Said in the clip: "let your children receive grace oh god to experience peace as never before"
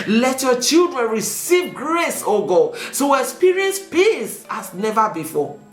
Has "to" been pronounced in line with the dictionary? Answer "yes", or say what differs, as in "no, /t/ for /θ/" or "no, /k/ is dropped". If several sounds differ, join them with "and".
no, /s/ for /t/